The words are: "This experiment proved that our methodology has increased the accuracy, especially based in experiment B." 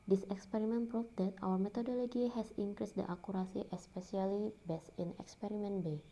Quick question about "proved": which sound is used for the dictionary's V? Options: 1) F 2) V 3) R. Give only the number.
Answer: 1